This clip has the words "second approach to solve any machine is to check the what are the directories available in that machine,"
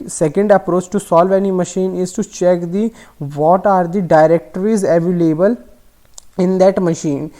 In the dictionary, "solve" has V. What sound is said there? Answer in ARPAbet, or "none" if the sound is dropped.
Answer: V